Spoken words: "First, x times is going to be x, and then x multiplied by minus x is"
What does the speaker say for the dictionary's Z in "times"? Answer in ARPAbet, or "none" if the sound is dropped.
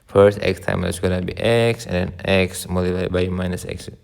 none